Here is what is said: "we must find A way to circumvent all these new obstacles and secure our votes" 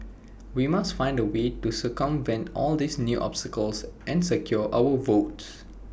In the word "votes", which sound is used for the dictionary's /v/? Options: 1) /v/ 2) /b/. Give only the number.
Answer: 1